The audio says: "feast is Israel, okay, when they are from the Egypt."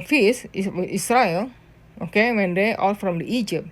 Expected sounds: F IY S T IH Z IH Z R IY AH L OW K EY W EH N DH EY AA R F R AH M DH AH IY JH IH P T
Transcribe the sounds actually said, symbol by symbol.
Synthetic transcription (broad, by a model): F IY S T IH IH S R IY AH L OW K EY W EH N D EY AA L F R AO M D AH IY JH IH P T